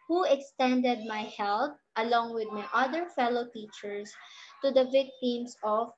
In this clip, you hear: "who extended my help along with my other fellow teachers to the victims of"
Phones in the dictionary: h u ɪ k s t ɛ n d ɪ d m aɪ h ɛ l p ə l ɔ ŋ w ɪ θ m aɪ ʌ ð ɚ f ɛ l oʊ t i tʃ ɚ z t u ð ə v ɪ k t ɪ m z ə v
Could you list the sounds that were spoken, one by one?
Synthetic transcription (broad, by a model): h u ɪ k s t ɛ n d ɪ d m aɪ h ɛ l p ə l ɔ ŋ w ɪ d m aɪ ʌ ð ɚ f ɛ l oʊ t i tʃ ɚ s t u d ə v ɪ k t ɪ m s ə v